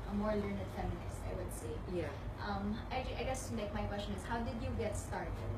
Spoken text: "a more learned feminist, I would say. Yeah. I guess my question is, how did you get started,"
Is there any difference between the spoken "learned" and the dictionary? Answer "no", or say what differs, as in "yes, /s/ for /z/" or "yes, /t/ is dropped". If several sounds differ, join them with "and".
no